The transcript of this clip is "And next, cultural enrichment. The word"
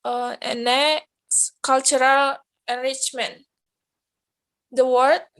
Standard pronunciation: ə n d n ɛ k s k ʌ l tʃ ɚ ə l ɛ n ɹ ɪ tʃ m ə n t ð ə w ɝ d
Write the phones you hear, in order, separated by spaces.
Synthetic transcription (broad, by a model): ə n n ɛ s k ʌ l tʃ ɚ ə l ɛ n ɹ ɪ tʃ m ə n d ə w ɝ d